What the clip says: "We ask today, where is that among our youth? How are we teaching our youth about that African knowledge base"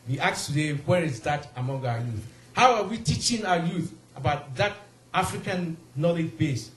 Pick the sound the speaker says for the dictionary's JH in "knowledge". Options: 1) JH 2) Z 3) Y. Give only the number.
1